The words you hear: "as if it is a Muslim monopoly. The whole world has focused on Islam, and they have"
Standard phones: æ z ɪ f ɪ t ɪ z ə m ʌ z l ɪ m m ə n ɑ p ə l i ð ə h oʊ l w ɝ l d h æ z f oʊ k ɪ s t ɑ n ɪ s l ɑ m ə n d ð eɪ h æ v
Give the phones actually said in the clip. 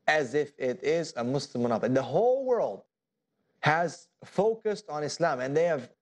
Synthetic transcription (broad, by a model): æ z ɪ f ɪ t ɪ z ə m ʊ s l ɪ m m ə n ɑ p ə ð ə h oʊ l w ɝ l d h æ z f oʊ k ɪ s t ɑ n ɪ s l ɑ m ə n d ð eɪ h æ v